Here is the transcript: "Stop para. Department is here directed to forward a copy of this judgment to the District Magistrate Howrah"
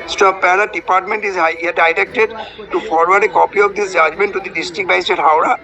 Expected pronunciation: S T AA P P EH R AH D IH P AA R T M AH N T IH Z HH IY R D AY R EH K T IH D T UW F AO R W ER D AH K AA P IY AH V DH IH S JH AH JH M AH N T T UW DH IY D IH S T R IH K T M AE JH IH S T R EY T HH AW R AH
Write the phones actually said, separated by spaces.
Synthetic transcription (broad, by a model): S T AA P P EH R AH D IH P AA R T M AH N T IH Z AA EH D AY R EH K T IH D T UW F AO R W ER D AH K AA P IY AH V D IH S JH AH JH M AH N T T UW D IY D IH S T R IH K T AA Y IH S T EY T HH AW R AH